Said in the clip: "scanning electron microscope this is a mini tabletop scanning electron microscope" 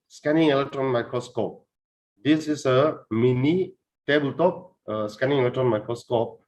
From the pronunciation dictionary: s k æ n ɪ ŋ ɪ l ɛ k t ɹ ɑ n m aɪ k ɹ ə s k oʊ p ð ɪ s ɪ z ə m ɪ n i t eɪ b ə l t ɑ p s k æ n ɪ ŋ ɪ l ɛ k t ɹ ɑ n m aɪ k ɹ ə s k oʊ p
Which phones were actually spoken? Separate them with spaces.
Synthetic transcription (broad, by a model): s k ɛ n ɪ ŋ ɪ l ɛ k t ɹ ɑ n m aɪ k ɹ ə s k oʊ p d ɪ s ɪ s ə m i n i t eɪ b ə l t ɑ p s k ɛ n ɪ ŋ ɪ l ɛ k t ɹ ɑ n m aɪ k ɹ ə s k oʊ p